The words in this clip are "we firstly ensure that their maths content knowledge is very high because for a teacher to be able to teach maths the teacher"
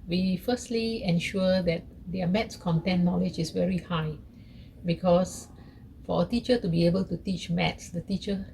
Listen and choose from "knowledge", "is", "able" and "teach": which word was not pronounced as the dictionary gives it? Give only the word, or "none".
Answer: is